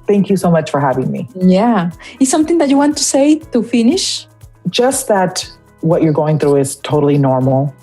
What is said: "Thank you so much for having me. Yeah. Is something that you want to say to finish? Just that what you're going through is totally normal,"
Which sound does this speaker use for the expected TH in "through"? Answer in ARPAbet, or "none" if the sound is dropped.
TH